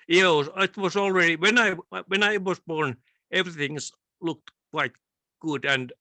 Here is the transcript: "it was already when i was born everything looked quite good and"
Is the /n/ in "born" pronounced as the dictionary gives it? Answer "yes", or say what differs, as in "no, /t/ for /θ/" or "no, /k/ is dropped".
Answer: yes